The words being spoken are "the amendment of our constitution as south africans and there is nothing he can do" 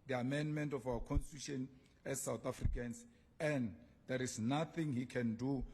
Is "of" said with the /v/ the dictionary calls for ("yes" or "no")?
no